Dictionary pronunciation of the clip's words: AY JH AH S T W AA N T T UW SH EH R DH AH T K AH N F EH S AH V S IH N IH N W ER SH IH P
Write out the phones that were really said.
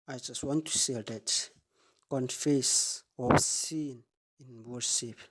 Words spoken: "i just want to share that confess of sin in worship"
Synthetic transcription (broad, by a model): AY JH AH S T W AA N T T UW S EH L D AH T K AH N F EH S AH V S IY N IH N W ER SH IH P